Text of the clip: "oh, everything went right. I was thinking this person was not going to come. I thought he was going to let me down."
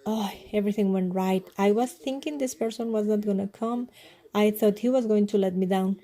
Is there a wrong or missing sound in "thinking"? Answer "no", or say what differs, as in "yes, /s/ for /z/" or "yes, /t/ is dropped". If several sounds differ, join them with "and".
yes, /t/ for /θ/